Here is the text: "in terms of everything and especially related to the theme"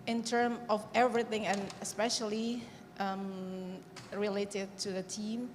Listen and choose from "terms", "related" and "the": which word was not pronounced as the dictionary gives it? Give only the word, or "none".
terms